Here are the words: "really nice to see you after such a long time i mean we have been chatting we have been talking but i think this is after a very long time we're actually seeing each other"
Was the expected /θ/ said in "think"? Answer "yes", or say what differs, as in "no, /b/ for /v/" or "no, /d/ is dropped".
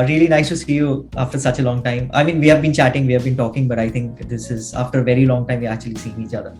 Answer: no, /t/ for /θ/